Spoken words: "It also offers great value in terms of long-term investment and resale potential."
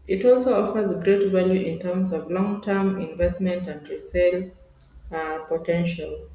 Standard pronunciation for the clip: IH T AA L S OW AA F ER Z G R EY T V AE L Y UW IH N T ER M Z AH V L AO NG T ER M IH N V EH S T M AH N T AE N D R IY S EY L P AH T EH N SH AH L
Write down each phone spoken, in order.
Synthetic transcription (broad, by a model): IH T AA L S OW AA F ER Z G R EY T V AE L Y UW IH N T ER M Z AH V L AO NG T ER M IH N V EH S T M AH N T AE N D R IY S EY L P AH T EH N SH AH L